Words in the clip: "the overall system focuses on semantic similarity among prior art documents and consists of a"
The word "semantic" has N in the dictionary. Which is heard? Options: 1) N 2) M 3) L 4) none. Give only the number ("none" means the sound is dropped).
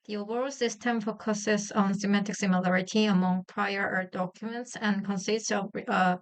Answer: 4